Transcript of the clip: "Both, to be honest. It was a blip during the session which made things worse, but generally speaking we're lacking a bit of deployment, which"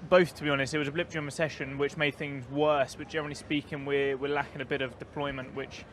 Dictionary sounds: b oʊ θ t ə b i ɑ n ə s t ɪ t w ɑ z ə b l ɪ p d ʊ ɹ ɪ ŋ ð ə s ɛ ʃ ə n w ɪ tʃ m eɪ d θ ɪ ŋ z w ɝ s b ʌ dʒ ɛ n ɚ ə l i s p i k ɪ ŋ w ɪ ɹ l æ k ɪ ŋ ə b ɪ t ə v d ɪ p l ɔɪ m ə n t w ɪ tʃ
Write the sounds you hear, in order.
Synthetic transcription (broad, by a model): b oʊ θ t ə b i ɑ n ə s t ɪ t w ɑ z ə b l ɪ p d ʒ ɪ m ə s ɛ ʃ ə n w ɪ tʃ m eɪ d θ ɪ ŋ z w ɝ s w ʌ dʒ ɛ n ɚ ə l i s p i k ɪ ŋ w ɪ w l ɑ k ɪ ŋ ə b ɪ t ə v d ɪ p l ɔɪ m ə n t w ɪ tʃ